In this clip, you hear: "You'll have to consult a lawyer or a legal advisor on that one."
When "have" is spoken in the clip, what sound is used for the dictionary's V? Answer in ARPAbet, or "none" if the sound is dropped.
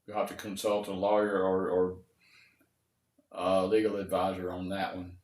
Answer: F